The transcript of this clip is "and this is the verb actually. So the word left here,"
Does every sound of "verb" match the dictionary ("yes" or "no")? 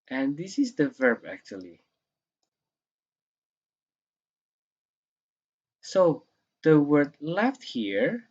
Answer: yes